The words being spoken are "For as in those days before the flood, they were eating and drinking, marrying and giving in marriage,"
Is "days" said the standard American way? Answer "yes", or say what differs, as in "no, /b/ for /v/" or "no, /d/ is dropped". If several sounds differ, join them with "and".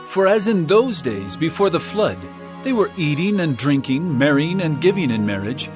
yes